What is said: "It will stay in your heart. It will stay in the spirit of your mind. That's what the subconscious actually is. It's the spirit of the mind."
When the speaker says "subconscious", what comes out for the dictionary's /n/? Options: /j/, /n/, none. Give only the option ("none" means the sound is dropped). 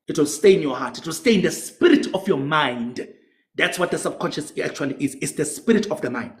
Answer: /n/